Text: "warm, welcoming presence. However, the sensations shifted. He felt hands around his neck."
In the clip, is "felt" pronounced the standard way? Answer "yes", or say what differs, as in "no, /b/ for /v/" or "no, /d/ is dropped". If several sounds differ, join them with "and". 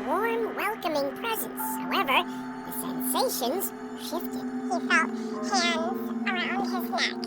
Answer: no, /l/ is dropped